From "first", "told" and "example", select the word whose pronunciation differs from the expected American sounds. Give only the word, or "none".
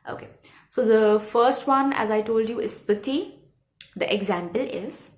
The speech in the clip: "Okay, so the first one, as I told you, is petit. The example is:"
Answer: none